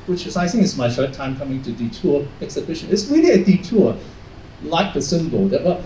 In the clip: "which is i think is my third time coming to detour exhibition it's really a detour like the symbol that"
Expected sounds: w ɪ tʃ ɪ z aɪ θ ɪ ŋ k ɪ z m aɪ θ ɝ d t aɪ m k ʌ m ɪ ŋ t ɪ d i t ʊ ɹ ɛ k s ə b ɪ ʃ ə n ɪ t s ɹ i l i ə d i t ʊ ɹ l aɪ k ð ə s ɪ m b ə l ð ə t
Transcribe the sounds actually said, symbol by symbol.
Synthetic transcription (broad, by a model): w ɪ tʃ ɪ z aɪ θ ɪ ŋ k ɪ s m aɪ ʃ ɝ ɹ t aɪ m k ʌ m ɪ ŋ t ɪ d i t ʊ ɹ ɛ k s ə b ɪ ʃ ə n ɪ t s w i n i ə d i t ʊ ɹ l aɪ k ð ə s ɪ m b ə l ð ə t